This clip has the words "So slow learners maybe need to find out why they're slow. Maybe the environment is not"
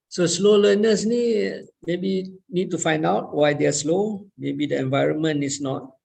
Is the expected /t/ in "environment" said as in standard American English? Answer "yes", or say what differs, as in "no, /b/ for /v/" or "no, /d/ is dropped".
no, /t/ is dropped